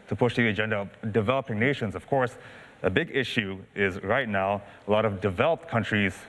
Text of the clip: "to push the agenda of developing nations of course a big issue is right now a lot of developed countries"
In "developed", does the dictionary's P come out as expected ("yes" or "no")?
yes